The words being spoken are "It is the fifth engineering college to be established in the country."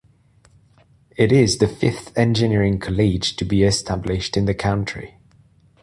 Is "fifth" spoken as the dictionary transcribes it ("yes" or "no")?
yes